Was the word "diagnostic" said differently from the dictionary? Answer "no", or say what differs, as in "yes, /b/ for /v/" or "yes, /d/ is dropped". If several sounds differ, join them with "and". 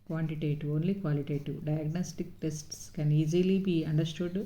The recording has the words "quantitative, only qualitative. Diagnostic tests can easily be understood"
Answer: no